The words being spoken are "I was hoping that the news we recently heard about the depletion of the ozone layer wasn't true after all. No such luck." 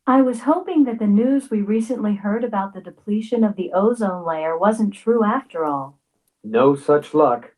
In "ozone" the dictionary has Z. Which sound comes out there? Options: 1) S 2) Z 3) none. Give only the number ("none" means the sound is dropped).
2